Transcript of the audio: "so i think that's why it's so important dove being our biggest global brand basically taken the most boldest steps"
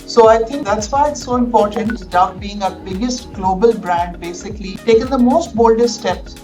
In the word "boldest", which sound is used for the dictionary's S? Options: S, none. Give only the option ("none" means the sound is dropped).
none